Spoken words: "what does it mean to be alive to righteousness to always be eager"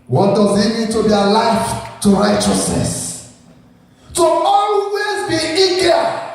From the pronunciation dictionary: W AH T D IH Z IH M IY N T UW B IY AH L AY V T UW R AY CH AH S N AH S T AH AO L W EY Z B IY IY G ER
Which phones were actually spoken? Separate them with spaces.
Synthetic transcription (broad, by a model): W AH T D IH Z IH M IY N T UW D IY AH L AY F T UW R AY CH AH S N AH S T AH AO L W EY Z B IY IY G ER